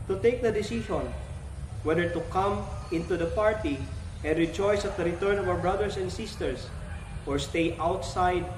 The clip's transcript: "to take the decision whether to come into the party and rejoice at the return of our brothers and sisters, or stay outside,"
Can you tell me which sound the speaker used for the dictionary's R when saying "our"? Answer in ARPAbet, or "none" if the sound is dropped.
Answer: W